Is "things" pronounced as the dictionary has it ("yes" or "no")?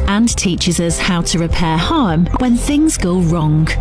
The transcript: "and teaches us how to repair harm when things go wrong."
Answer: yes